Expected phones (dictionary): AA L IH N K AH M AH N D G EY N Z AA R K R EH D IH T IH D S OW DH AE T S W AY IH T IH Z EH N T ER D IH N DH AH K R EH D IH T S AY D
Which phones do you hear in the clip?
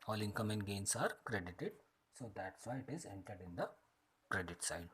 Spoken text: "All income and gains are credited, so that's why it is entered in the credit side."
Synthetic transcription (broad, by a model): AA L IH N K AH M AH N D G EY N S AA R K R EH D IH T IH D S OW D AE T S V AY IH T IH Z EH N T ER D IH N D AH K R EH D IH T S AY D